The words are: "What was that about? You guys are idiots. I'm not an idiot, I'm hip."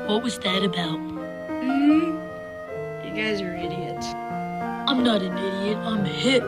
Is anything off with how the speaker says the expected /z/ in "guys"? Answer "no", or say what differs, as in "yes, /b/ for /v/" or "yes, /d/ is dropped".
no